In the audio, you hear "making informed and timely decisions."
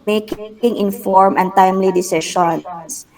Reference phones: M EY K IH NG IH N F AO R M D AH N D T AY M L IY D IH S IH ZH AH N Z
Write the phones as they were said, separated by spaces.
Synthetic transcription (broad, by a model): M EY K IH NG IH N F AO R M AH N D T AY M L IY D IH S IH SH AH N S